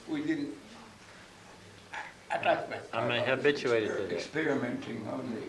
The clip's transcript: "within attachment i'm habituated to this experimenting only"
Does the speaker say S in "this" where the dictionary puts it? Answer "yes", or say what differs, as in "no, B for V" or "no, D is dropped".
no, S is dropped